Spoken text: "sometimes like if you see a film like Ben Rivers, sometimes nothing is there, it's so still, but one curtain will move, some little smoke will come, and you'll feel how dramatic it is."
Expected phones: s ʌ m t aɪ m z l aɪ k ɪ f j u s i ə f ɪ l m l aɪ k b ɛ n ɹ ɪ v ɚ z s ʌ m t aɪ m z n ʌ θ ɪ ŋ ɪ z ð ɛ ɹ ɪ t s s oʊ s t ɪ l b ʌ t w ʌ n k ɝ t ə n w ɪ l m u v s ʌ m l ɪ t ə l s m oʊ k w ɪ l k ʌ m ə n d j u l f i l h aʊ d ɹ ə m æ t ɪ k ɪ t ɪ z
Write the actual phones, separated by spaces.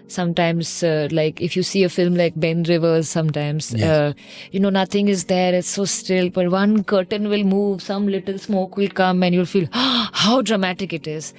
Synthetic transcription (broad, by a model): s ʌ m t aɪ m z l aɪ k ɪ f j u s i ə f ɪ l m l aɪ k b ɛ n ɹ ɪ v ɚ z s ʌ m t aɪ m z n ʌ t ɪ ŋ ɪ z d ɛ ɹ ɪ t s s oʊ s t ɪ l b ʌ t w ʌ n k ɝ t ə n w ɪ l m u v s ʌ m l ɪ t ə l s m oʊ k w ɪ l k ʌ m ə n j u l f i l h aʊ d ɹ ə m æ t ɪ k ɪ t ɪ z